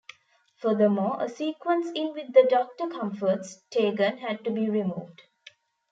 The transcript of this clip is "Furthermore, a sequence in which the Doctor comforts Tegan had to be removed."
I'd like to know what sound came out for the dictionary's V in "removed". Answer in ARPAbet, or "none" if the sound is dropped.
V